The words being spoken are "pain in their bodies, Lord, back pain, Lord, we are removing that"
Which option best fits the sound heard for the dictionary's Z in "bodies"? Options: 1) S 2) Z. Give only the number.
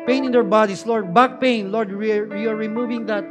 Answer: 1